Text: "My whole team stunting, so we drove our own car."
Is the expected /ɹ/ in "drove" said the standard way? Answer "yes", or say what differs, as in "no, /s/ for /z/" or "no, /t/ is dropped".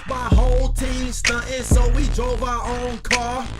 yes